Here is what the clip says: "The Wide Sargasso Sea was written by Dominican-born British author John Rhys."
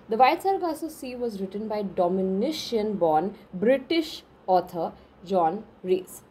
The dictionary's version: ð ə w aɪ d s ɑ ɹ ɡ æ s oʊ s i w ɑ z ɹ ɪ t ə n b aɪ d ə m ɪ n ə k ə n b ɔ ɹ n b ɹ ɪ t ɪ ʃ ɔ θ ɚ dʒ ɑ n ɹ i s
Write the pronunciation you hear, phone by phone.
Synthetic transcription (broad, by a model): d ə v aɪ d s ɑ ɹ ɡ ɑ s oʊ s i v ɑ z ɹ ɪ t ə n b aɪ d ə m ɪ n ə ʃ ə n b ɔ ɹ n b ɹ ɪ t ɪ ʃ ɔ t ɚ dʒ ɑ n ɹ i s